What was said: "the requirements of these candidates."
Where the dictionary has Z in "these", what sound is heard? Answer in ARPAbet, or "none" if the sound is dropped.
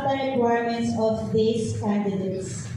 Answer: S